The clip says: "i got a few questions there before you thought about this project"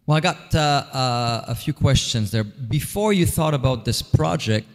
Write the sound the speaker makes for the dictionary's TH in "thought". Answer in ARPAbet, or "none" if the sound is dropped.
TH